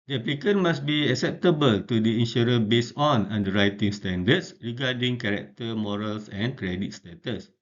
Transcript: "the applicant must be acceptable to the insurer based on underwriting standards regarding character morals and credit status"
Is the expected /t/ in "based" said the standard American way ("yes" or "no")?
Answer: no